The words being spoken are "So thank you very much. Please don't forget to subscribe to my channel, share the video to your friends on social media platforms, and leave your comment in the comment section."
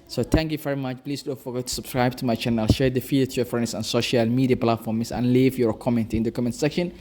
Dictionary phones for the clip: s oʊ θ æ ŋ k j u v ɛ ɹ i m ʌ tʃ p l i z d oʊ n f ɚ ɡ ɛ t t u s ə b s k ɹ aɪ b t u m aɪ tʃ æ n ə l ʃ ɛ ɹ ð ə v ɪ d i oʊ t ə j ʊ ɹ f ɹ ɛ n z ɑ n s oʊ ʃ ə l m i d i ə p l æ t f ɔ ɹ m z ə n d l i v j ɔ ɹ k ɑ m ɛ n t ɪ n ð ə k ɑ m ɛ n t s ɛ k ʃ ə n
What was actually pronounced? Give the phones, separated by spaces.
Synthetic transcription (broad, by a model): s oʊ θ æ ŋ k j u v ɛ ɹ i m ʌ tʃ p l i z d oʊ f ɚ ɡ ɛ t t u s ə b s k ɹ aɪ b t u m aɪ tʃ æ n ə l ʃ ɛ ɹ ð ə f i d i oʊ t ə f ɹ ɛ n s ɑ n s oʊ ʃ ə l m i d i ə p l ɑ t f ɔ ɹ m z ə n l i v j ɔ ɹ k ɑ m ɛ n t ɪ n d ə k ɑ m ɛ n t s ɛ k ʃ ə n